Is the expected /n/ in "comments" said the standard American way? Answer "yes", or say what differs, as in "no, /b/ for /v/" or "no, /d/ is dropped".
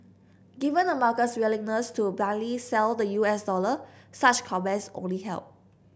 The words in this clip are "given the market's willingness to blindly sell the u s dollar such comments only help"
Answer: no, /n/ is dropped